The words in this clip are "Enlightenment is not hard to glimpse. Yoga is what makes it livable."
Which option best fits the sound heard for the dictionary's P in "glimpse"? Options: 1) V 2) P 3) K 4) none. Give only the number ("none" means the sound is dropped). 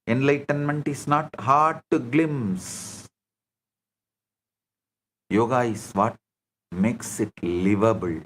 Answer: 4